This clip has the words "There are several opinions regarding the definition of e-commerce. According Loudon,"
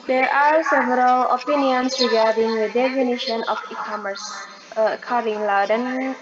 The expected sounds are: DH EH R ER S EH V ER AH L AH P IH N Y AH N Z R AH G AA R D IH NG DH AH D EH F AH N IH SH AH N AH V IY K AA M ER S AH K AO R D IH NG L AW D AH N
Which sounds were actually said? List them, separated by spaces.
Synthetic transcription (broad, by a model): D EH R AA S EH V ER AH L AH P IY N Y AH N S R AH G AA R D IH NG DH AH D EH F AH N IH SH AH N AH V IY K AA M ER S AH K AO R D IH NG L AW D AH N